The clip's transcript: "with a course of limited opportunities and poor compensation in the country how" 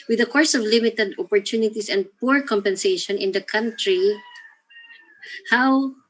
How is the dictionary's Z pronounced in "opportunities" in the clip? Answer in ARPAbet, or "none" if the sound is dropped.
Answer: S